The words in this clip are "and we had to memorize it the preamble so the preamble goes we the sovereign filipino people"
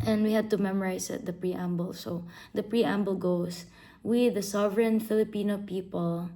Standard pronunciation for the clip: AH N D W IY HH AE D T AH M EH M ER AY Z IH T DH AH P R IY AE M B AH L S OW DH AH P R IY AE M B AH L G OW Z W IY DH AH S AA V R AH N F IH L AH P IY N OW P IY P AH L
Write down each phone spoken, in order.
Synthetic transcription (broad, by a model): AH N D W IY HH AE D T AH M EH M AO AY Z IH T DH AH P R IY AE M B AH L S OW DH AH P R IY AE M B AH L G OW S W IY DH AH S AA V R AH N F IH L AH P IY N OW P IY P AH L